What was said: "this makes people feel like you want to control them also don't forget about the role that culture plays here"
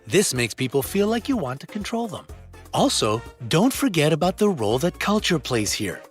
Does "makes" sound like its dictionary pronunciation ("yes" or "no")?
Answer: yes